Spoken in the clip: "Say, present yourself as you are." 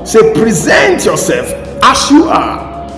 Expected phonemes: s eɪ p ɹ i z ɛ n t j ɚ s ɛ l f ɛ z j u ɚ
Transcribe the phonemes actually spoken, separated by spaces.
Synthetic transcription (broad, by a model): s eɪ p ɹ i z ɛ n t j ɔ s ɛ l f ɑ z j u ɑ